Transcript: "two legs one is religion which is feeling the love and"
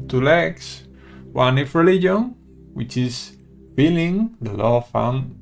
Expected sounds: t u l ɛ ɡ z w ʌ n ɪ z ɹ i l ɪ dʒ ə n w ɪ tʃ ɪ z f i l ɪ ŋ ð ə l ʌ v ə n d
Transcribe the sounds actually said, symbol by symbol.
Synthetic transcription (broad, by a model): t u l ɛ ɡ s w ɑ n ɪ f ɹ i l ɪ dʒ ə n w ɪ tʃ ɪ s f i l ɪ ŋ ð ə l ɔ f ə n